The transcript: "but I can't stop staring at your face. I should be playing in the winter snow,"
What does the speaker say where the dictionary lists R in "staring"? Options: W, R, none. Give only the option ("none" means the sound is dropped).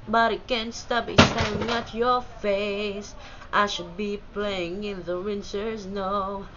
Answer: none